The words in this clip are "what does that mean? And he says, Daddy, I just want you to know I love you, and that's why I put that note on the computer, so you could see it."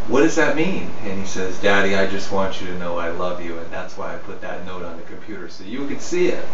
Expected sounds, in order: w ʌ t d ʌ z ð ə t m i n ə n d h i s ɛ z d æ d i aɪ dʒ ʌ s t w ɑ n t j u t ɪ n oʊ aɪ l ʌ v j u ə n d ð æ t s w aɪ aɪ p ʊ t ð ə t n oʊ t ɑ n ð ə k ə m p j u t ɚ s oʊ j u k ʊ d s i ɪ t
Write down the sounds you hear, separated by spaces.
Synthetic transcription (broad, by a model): w ʌ t d ʌ z ð ə t m i n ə n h i s ɛ z d æ d i aɪ dʒ ʌ s t w ɑ n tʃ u t ɪ n oʊ aɪ l ʌ v j u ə n ð æ t s w aɪ aɪ p ʊ t ð ə t n oʊ t n ð ə k ə m p j u t ɚ s oʊ j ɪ k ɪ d s i ɪ t